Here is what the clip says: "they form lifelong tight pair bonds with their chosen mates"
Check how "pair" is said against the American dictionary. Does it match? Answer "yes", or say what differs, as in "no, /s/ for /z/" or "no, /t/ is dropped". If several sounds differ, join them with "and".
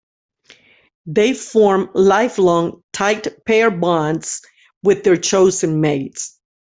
yes